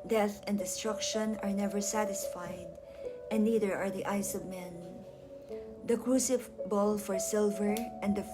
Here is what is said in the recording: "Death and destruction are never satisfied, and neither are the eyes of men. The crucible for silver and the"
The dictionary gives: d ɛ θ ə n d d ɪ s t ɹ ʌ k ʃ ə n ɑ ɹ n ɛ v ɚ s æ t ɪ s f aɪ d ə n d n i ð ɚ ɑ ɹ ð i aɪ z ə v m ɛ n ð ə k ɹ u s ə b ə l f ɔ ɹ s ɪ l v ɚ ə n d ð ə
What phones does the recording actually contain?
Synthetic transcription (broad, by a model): d ɛ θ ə n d d ɪ s t ɹ ʌ k ʃ ə n ɑ ɹ n ɛ v ɚ s æ t ɪ s f aɪ d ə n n i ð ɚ ɑ ɹ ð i aɪ s ə v m ɛ n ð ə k ɹ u s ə b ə l f ɔ ɹ s ɪ l v ɚ ə n d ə